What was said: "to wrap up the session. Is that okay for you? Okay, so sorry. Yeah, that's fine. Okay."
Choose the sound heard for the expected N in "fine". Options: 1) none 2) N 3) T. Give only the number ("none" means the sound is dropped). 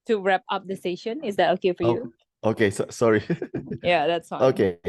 1